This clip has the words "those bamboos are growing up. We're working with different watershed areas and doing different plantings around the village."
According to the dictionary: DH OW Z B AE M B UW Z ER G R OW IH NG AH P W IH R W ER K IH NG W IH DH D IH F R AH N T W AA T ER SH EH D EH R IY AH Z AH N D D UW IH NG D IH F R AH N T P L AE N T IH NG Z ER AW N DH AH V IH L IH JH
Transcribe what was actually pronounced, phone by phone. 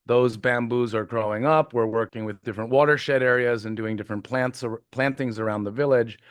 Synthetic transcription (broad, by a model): DH OW Z B AE M B UW Z ER G R OW IH NG AH P W IH R W ER K IH NG W IH DH D IH F R AH N T W AA T ER SH EH D EH R IY AH Z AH N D D UW IH NG D IH F R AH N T P L AE N T IH NG Z ER AW N DH AH V IH L IH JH